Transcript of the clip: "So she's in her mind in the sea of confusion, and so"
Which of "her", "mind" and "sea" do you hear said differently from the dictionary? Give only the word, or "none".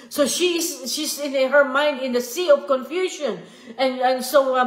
none